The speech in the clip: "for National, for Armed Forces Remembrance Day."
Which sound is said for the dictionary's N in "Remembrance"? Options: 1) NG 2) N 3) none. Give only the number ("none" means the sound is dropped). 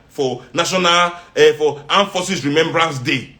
2